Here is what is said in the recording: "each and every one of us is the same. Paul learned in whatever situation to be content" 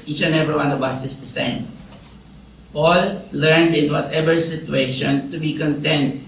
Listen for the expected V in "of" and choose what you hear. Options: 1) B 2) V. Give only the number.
1